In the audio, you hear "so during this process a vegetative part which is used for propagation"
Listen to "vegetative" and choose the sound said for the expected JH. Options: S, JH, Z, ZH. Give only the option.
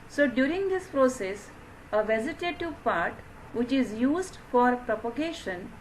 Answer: Z